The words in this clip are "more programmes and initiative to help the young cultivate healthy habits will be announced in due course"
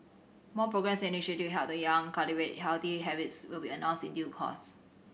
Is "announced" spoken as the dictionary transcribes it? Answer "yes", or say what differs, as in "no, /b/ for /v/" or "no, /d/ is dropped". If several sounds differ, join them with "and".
no, /n/ is dropped and /t/ is dropped